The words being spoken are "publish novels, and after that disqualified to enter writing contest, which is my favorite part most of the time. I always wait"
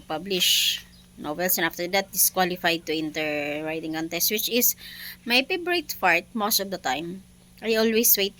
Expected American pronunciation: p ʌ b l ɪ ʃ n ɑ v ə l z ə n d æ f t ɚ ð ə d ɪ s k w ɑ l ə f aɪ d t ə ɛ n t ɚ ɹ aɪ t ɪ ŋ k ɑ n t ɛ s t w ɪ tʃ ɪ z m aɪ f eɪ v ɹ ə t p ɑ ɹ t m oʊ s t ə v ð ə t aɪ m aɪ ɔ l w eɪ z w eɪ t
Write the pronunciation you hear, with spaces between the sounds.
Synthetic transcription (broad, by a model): p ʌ b l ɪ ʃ n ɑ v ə l s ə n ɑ f t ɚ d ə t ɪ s k w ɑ l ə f aɪ d t ə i n t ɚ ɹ aɪ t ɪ ŋ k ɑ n t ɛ s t w ɪ tʃ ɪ s m aɪ p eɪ b ɹ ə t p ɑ ɹ t m oʊ s t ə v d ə t aɪ m aɪ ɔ l w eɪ s w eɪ t